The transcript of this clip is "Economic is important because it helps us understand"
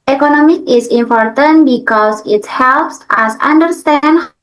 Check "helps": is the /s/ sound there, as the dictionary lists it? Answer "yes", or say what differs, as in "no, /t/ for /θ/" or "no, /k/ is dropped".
yes